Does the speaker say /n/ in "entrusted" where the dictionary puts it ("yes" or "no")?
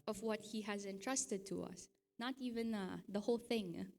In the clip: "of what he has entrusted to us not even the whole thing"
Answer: yes